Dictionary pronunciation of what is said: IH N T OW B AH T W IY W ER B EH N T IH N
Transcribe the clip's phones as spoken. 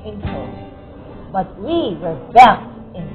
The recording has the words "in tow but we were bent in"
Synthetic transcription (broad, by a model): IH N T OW B AH T W IY W ER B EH T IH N